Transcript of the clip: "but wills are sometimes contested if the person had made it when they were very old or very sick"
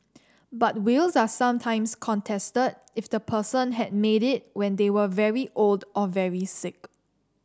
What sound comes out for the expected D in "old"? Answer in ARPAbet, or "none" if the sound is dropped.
D